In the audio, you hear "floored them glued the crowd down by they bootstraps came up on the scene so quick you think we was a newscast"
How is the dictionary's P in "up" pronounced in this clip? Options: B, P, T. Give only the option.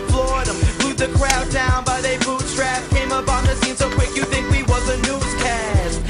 P